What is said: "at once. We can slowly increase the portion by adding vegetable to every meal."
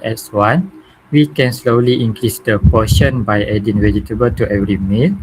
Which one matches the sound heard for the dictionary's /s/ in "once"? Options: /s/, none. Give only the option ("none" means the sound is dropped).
none